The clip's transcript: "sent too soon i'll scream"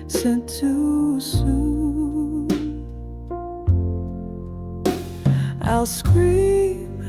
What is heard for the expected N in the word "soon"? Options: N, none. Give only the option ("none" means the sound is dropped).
none